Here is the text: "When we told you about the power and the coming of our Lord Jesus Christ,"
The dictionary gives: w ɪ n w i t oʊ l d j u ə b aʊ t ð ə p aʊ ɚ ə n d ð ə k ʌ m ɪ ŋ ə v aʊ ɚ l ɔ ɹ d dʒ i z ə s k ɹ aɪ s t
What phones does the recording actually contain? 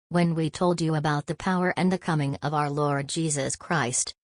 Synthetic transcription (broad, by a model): w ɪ n w i t oʊ l d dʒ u ə b aʊ t ð ə p aʊ ɚ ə n ð ə k ʌ m ɪ ŋ ə v aʊ ɚ l ɔ ɹ d dʒ i z ə s k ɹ aɪ s t